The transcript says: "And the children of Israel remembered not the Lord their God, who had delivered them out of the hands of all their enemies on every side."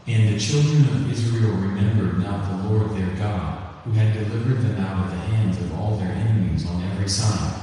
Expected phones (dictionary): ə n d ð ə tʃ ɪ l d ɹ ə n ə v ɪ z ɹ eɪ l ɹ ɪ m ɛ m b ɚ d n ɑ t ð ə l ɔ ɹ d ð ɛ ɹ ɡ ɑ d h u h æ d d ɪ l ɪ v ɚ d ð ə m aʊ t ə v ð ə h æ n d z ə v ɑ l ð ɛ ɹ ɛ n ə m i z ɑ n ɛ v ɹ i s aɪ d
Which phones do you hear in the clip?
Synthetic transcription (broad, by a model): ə n ð ə tʃ ɪ l d ɹ ə n ə v ɪ z ɹ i l ɹ ɪ m ɛ m b ɚ d n ɑ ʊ ð ə l ɔ ɹ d ð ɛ ɹ ɡ ɑ d h u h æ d d ɪ l ɪ v ɚ d ð ə m aʊ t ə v ð ə h æ n d z ə v ɑ l ð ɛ ɹ ɛ n ə m i z n ɛ v ɹ i s aɪ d